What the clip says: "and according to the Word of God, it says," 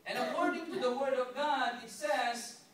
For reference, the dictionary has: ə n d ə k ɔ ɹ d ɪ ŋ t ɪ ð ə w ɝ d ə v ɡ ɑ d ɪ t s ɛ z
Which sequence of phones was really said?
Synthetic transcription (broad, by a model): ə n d ə k ɔ ɹ d ɪ ŋ t ɪ ð ə w ɝ d ə v ɡ ɑ d ɪ t s ɛ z